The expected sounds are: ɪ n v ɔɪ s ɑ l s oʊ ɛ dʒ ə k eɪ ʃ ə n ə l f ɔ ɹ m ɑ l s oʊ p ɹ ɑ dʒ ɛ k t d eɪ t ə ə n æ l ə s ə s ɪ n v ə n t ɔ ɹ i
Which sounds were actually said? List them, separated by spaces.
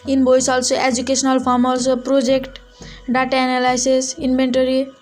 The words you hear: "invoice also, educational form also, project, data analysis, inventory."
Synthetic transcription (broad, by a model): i n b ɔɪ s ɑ l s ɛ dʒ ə k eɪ s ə n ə l p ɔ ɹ m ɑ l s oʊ p ɹ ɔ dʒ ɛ k t d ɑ t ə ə n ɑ l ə s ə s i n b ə n t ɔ ɹ i